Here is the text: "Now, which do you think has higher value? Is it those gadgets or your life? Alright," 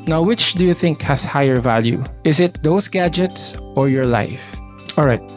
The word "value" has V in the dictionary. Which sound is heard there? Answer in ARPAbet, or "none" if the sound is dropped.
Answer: V